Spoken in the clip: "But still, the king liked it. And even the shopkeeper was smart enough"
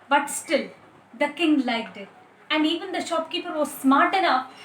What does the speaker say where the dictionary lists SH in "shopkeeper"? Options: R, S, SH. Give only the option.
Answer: SH